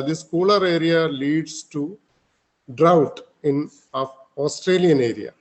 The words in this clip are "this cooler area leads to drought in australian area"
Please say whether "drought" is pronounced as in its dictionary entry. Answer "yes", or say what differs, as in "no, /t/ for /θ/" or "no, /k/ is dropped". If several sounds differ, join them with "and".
yes